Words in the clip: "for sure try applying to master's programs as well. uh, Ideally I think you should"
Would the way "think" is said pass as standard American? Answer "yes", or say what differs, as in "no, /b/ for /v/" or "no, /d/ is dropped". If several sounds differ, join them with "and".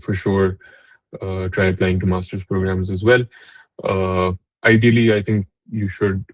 no, /t/ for /θ/